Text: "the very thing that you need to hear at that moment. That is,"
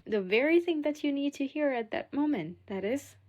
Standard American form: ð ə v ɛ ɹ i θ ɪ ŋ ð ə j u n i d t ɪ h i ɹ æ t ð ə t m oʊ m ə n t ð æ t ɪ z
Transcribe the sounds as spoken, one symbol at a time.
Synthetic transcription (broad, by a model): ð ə v ɛ ɹ i θ ɪ ŋ ð ə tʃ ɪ n i d t ɪ h i ɹ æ t ð ə t m oʊ m ə n t ð æ t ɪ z